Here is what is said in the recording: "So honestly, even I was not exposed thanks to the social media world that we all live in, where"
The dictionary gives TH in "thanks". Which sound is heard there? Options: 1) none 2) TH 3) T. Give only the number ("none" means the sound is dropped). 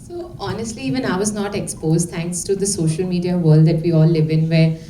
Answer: 3